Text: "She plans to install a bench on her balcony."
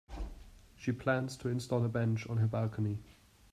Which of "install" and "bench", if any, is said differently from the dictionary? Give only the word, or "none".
none